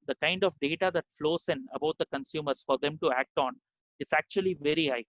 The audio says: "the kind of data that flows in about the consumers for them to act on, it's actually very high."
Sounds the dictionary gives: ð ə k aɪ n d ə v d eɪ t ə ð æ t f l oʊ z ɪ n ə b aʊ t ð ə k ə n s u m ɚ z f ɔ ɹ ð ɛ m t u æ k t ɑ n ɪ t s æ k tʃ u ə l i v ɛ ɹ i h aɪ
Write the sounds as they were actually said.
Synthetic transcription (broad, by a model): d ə k aɪ n d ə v d eɪ t ə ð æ t f l oʊ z ɪ n ə b aʊ t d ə k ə n s u m ɚ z f ɔ ɹ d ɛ m t u æ k t ɑ n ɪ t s æ k tʃ u ə l i v ɛ ɹ i h aɪ